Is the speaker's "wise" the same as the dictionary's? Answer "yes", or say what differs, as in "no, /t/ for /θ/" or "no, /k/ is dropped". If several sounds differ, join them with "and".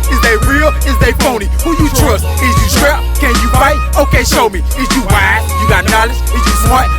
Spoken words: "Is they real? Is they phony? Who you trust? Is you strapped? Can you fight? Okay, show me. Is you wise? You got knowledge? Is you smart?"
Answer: no, /z/ is dropped